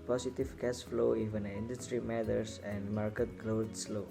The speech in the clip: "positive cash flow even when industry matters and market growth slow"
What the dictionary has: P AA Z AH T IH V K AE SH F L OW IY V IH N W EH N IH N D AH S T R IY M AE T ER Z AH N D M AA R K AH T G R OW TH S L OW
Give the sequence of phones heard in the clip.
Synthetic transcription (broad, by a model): P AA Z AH T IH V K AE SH F L OW IY V IH N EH IH N D AH S T R IY M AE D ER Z AH N D M AA R K AH T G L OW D S L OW